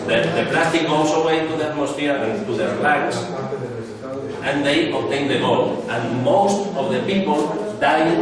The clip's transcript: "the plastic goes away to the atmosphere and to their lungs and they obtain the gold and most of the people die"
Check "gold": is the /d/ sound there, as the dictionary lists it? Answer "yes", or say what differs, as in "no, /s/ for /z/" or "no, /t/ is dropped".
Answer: no, /d/ is dropped